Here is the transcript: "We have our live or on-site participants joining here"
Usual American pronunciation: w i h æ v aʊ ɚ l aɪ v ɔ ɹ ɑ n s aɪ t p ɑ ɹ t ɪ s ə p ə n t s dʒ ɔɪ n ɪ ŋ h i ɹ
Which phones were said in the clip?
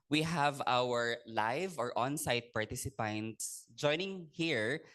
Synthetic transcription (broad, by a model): w i h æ v aʊ ɚ l aɪ v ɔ ɹ ɑ n s aɪ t p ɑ ɹ t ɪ s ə p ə n t s dʒ ɔɪ n ɪ ŋ h i ɹ